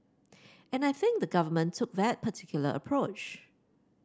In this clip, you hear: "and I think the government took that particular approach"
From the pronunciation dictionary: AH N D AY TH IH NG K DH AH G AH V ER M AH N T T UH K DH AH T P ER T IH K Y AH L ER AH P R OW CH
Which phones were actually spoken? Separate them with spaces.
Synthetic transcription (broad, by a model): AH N AY TH IH NG K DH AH G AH V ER M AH N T T UH K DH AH T P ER T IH K Y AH L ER AH P R OW CH